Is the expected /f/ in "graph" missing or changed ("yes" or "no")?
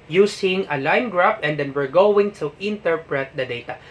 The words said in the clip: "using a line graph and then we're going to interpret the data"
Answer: yes